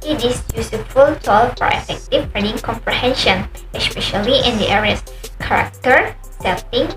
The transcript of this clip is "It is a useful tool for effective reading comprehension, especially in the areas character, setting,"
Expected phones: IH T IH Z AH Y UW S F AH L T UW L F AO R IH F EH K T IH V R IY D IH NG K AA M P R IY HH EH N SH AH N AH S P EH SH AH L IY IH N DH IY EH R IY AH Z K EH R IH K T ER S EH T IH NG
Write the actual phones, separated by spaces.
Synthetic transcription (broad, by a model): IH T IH S AH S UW F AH L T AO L F AO R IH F EH K T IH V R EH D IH NG K AA M P R IY HH EH N SH AH N AH S P EH SH AH L IY IH N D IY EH R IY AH S K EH R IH K T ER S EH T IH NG